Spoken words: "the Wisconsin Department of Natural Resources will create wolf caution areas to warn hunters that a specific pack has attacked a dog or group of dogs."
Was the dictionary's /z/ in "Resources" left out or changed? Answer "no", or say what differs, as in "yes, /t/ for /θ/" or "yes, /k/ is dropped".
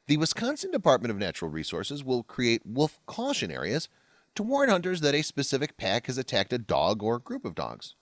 no